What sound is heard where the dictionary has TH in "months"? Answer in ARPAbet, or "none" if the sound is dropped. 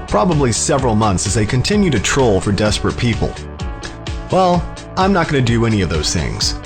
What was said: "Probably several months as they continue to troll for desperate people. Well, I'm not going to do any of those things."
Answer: TH